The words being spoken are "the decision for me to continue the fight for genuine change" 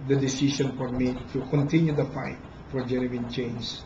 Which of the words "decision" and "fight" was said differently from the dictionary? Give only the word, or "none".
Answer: decision